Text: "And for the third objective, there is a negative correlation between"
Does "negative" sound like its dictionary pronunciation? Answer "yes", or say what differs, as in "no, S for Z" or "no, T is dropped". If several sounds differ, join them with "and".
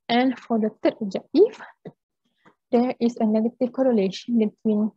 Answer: no, F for V